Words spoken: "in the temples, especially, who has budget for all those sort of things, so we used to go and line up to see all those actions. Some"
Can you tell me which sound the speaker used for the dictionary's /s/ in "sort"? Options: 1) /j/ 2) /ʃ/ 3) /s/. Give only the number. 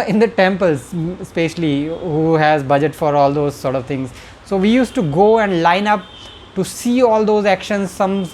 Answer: 3